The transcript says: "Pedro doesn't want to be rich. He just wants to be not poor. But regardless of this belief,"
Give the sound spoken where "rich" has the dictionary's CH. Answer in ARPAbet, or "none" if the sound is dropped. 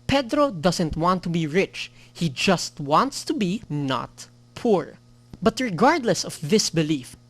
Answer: CH